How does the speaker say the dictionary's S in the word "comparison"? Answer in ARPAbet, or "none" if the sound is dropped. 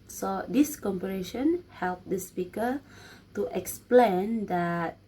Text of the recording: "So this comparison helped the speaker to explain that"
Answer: SH